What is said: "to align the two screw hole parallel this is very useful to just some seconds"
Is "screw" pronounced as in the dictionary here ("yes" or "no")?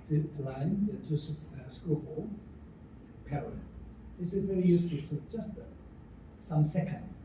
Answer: no